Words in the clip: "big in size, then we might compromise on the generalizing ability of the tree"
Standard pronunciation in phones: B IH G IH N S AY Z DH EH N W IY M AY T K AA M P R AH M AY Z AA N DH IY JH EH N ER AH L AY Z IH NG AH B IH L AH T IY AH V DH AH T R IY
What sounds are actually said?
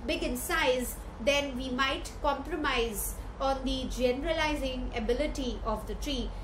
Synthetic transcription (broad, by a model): B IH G IH N S AY Z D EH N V IY M AY T K AA M P R AH M AY Z AA N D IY JH EH N ER AH L AY Z IH NG AH B IH L AH T IY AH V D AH T R IY